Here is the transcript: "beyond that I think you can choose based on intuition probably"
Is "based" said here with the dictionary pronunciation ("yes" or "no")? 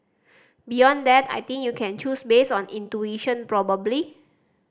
no